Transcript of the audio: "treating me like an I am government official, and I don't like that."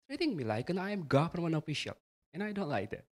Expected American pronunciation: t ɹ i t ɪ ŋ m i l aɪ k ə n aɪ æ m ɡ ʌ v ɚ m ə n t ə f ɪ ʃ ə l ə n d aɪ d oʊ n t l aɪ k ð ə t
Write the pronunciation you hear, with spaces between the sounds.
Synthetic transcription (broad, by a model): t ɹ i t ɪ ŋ m i l aɪ k ə n aɪ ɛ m ɡ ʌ f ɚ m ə n ə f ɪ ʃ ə l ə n aɪ d oʊ n t l aɪ k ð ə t